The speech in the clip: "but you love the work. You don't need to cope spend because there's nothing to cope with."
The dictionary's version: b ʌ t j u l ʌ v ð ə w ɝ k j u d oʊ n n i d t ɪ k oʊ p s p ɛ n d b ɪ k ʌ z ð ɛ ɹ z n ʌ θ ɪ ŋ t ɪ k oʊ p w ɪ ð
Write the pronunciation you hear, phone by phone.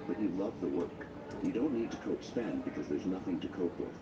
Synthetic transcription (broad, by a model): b ʌ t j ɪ l ʌ v ð ə w ɝ k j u d oʊ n n i d t ɪ k oʊ p s p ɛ n b ɪ k ʌ z ð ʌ ɹ z n ʌ θ ɪ ŋ t ɪ k oʊ p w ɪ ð